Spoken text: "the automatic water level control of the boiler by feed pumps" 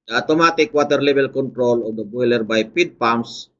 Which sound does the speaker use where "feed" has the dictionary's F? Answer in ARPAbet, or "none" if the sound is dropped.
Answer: P